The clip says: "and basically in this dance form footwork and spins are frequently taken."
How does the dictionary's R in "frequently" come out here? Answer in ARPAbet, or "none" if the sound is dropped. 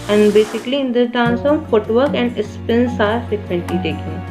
none